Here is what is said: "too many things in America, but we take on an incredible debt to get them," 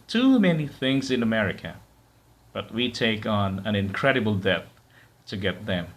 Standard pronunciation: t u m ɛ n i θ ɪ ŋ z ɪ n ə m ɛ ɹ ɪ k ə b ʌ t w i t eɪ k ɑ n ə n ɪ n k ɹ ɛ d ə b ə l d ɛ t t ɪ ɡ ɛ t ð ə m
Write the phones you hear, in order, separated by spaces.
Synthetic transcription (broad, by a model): t u m ɛ n i θ ɪ ŋ z ɪ n ə m ɛ ɹ ɪ k ə b ʌ t w i t eɪ k n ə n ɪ n k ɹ ɛ d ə b l d ɛ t t ɪ ɡ ɛ t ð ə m